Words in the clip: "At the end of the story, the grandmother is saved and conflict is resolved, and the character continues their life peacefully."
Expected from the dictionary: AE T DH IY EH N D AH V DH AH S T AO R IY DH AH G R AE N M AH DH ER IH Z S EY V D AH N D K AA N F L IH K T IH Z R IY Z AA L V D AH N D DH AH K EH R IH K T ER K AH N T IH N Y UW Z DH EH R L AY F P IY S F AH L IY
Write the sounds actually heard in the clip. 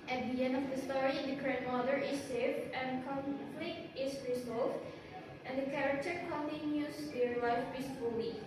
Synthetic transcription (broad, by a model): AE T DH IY EH N D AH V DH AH S T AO R IY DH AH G R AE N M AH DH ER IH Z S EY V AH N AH K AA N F L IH K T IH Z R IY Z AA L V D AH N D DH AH K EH R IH K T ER K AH N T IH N Y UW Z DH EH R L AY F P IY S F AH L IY